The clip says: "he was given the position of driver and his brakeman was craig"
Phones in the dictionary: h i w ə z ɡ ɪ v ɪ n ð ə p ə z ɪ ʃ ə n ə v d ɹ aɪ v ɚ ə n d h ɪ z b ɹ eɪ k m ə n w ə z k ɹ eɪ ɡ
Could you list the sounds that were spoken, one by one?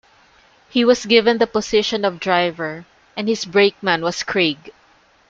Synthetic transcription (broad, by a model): h i w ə s ɡ ɪ v ɪ n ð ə p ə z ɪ ʃ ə n ə v d ɹ aɪ v ɚ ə n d h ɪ s b ɹ eɪ k m ə n w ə s k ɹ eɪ ɡ